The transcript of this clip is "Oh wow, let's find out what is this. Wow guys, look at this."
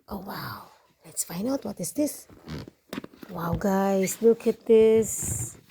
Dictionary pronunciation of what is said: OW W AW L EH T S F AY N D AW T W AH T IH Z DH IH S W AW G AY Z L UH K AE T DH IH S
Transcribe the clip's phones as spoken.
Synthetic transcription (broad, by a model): OW W AW L EH T S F AY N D AW T W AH T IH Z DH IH S W AW G AY S L UH K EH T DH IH S